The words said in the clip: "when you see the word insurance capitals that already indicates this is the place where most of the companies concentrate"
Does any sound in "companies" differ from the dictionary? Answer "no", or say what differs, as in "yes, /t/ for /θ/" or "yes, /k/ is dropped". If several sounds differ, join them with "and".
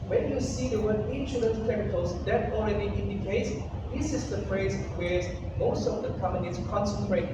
yes, /p/ is dropped and /s/ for /z/